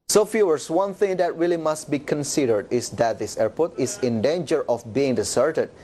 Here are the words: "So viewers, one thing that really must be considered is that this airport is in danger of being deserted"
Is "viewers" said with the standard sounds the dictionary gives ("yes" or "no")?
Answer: no